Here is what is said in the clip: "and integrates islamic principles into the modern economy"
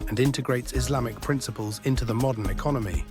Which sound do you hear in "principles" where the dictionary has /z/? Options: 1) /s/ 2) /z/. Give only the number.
2